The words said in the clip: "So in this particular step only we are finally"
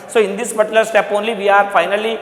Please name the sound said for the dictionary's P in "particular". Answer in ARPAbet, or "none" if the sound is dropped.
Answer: B